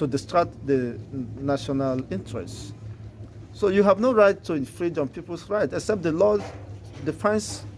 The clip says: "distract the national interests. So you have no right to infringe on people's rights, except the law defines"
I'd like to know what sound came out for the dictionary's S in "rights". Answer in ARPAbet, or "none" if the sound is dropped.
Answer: none